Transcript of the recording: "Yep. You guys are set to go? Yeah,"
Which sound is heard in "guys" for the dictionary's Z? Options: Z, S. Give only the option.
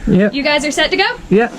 Z